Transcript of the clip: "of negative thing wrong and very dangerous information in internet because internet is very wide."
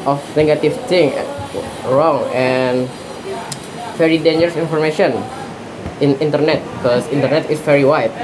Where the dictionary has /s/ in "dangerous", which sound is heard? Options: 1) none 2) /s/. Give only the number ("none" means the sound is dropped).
2